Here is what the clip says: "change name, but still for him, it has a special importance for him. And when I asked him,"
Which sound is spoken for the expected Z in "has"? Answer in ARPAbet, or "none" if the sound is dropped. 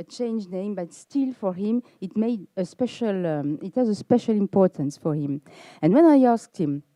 Z